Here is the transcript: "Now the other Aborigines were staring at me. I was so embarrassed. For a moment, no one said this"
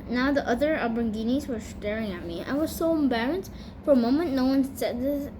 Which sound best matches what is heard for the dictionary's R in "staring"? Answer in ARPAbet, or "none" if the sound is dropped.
R